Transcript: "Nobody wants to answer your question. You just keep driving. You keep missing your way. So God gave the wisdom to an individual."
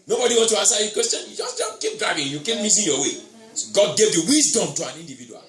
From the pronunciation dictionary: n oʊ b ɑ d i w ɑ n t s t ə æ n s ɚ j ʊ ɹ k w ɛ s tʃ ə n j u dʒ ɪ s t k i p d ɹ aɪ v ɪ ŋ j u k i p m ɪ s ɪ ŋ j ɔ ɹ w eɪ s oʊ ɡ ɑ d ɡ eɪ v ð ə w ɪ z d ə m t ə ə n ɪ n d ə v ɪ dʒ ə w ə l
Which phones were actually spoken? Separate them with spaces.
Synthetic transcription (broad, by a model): n oʊ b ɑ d i w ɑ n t t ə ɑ n s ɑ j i k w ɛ s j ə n j u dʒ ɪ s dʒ k i p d ɹ aɪ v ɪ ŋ j u k i p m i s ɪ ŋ j ɔ w eɪ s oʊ ɡ ɑ d ɡ eɪ v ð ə w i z d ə m t ə ə n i n d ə v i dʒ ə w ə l